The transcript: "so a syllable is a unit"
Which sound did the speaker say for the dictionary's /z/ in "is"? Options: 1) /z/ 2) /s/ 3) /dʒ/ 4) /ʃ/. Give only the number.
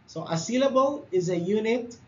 1